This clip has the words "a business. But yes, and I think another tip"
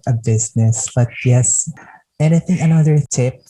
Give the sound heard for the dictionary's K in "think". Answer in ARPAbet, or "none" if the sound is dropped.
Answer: none